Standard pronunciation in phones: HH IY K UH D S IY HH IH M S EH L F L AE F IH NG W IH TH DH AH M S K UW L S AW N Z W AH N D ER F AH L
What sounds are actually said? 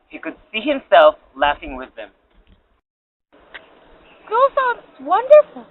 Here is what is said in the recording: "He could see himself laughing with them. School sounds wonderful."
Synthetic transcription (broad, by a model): HH IY K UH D S IY HH IH M S EH L F L AE F IH NG W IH DH AH M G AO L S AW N W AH N D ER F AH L